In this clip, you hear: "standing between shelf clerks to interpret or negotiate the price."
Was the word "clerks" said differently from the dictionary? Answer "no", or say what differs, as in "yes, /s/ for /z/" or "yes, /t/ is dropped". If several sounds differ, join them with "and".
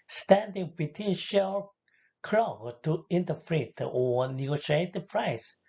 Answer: yes, /s/ is dropped